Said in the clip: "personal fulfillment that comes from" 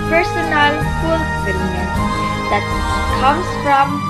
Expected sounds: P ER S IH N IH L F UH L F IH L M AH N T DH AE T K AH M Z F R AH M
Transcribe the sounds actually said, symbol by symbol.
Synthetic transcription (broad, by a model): P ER S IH N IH L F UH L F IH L AH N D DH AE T K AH M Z F R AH M